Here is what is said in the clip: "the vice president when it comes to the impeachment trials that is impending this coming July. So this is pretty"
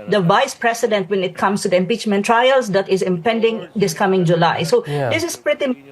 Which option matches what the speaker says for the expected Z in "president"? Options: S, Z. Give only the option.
S